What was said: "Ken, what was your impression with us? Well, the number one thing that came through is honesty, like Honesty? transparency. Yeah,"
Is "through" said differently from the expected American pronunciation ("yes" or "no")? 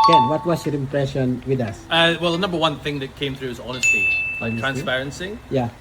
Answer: no